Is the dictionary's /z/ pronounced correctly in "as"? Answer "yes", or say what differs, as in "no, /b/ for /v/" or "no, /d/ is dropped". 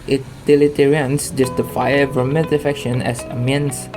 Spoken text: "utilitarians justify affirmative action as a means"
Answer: no, /s/ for /z/